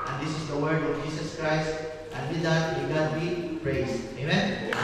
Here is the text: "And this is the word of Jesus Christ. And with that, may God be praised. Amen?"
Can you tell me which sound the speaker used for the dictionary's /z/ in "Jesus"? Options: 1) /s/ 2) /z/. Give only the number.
1